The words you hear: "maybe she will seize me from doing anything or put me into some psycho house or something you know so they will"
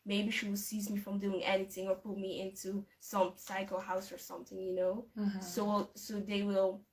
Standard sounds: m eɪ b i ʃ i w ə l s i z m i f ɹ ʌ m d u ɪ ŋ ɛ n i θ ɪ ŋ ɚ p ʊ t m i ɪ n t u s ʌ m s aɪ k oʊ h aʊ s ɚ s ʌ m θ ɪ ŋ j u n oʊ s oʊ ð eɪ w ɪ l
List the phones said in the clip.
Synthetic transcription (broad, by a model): m eɪ b i ʃ i w ə l s i z m i f ɹ ʌ m d u ɪ ŋ ɛ n i θ ɪ ŋ ɚ p ʊ t m i ɪ n t u s ʌ m s aɪ k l h aʊ s ɚ s ʌ m θ ɪ ŋ j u n oʊ s oʊ ð eɪ w ɪ l